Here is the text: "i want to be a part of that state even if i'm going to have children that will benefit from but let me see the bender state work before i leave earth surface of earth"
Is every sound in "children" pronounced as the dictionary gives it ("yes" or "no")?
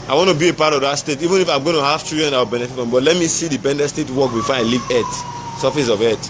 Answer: no